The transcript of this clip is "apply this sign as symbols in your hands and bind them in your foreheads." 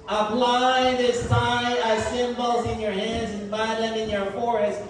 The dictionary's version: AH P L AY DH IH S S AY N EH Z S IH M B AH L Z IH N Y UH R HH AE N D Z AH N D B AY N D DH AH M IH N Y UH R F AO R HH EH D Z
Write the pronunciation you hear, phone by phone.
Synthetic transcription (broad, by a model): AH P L AY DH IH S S AY AA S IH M B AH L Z IH N Y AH R HH AE N D Z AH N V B AY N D DH AH M IH N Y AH R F AO R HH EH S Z